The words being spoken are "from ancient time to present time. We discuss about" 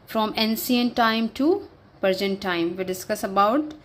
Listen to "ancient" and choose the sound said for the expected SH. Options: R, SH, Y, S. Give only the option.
S